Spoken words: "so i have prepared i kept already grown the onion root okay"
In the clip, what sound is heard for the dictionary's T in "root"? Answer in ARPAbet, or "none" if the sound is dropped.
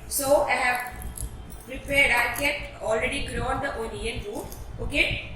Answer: none